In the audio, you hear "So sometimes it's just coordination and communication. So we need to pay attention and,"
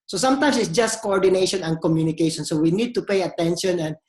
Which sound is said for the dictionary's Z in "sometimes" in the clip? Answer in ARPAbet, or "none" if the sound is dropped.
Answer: S